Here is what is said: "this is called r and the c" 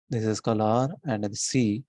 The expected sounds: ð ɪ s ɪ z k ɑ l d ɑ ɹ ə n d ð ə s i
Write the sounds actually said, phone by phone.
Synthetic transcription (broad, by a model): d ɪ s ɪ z k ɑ l ɑ ɹ ə n d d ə s i